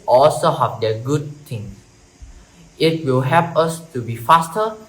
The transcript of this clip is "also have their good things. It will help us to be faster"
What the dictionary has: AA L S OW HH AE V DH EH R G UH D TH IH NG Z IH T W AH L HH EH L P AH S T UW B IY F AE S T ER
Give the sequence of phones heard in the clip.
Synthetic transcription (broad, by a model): AA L S OW HH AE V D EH G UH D T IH NG S IH T W AH L HH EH P AH S T UW B IY F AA S T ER